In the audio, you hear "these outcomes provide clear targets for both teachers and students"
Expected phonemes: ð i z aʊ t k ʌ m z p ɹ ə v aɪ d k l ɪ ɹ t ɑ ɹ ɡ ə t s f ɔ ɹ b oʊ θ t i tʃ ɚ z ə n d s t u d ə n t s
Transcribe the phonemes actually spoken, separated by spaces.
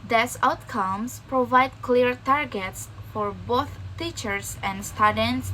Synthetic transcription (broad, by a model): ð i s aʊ t k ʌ m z p ɹ ə v aɪ d k l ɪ ɹ t ɑ ɹ ɡ ə t s f ɔ ɹ b oʊ θ t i tʃ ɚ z ə n d s t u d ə n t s